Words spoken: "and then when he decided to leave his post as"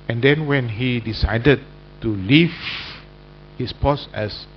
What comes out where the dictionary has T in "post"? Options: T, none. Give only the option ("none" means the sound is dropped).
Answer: none